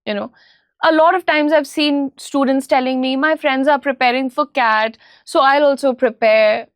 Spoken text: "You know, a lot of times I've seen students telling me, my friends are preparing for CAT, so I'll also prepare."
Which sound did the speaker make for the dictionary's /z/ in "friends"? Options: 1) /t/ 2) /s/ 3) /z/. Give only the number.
3